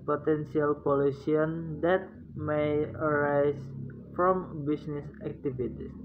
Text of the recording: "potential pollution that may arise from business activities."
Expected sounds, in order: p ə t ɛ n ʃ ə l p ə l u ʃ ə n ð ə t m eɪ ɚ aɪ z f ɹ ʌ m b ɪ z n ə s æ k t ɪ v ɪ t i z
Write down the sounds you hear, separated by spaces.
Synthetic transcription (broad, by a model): p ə t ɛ n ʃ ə l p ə l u s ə n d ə t m eɪ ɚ aɪ s f ɹ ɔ m b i s n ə s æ k t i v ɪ t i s